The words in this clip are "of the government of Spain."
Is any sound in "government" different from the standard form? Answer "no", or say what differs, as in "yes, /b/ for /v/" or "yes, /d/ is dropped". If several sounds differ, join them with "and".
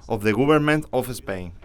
yes, /b/ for /v/